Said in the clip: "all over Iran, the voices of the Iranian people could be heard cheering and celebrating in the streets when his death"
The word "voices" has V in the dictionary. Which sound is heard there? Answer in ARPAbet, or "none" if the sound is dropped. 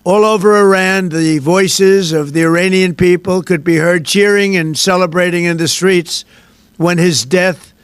V